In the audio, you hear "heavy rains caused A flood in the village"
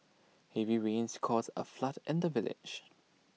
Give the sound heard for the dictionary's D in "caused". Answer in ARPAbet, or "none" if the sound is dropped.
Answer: none